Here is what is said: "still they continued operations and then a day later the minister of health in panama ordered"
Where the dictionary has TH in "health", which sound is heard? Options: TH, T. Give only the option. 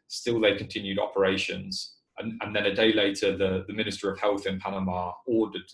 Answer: TH